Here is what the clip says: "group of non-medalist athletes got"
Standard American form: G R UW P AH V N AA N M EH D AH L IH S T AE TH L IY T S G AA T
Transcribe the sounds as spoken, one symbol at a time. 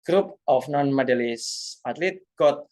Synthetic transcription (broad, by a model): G R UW P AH F N AA N M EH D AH L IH S AA T L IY T G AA T